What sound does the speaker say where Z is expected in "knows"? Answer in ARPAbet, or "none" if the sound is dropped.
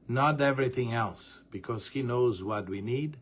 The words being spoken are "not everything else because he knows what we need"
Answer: Z